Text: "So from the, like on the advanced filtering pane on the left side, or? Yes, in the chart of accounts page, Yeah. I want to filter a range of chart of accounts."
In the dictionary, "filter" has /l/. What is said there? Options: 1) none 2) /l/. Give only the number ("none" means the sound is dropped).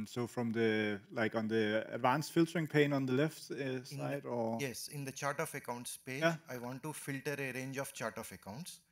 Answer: 2